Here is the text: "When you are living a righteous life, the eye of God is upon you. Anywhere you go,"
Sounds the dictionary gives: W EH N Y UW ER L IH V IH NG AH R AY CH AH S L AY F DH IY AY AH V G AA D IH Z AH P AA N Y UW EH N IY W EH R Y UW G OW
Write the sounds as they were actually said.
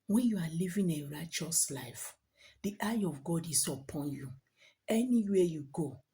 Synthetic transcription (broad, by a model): W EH N Y UW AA L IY V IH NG AH R AY CH AH S L AY F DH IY AY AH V G AA D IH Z AH P AA N Y UW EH N IY W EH Y UW G OW